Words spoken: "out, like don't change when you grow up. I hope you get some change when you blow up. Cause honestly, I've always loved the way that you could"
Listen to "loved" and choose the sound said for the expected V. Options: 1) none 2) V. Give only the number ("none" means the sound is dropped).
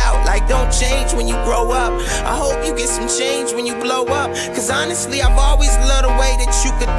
1